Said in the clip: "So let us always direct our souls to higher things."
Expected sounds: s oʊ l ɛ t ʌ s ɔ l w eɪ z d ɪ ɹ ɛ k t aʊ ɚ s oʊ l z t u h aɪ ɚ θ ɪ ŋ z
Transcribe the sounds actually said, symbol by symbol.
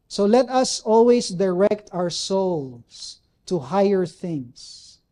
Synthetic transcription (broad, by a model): s oʊ l ɛ t ʌ s ɔ l w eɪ s d ɪ ɹ ɛ k t aʊ ɚ s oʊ l s t u h aɪ ɚ θ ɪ ŋ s